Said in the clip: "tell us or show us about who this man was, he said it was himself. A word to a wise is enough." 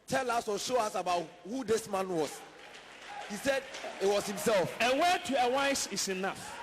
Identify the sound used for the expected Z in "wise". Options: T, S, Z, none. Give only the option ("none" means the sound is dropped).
S